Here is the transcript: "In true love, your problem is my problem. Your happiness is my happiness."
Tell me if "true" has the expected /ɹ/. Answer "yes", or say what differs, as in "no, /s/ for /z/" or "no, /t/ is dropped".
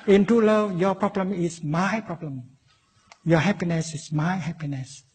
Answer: no, /ɹ/ is dropped